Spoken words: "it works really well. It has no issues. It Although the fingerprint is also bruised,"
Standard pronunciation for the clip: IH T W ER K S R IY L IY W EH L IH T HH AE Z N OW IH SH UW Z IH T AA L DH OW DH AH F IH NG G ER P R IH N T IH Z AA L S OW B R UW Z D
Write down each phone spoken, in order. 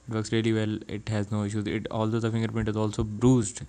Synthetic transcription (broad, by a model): IH T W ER K S R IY L IY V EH L IH T HH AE Z N OW IH SH UW Z IH T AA L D OW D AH F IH NG G ER P IH N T IH Z AA L S OW B R UW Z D